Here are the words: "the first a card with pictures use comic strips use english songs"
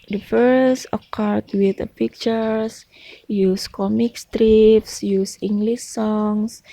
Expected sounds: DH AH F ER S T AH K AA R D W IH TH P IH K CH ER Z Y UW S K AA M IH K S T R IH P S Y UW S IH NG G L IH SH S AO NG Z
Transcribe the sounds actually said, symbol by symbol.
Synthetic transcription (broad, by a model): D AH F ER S AH K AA R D W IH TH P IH K CH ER S Y UW S K AA M IH K S T R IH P S Y UW S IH NG G L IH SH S AO NG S